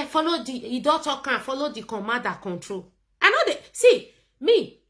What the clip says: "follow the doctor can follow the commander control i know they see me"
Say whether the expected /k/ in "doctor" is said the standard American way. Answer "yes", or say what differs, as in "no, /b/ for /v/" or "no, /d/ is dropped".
no, /k/ is dropped